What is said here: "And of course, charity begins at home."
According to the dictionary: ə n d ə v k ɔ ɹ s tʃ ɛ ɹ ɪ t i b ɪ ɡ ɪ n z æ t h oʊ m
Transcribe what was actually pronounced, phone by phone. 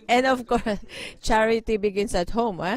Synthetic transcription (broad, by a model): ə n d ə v k ɔ ɹ s tʃ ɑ ɹ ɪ t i b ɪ ɡ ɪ n s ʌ t h oʊ m